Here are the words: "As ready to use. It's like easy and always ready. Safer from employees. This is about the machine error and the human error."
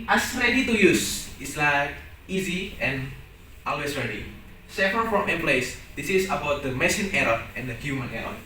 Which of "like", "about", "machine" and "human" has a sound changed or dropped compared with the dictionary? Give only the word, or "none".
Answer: machine